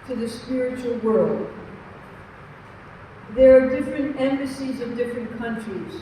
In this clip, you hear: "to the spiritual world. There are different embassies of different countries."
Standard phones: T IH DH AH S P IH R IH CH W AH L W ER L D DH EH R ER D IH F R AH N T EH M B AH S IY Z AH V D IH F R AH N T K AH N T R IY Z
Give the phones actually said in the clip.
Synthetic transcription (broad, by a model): T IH DH AH S P IH R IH CH L W ER L D DH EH R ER D IH F R AH N T EH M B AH S IY Z AH V D IH F R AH N K AH N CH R IY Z